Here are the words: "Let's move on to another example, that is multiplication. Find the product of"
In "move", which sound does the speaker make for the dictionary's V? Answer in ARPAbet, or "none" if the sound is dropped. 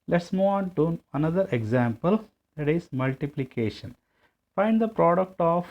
none